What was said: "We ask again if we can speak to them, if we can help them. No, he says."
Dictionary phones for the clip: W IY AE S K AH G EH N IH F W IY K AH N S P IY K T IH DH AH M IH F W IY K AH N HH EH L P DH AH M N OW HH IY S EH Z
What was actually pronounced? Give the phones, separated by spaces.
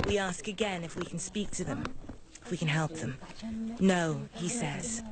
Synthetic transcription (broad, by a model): W IY AE S K AH G EH N IH F W IY K N S P IY K T IH DH AH M IH F W IY K AH N HH EH L P DH AH M N OW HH IY S EH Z